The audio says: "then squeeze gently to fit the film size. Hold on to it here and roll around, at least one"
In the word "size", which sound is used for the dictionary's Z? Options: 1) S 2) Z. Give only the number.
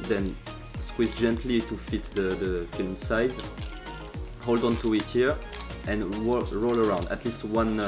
2